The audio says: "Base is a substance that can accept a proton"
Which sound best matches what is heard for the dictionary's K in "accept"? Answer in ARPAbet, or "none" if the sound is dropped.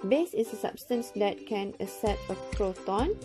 none